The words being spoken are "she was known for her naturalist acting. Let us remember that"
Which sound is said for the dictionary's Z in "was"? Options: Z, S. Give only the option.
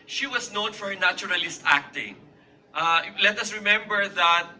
S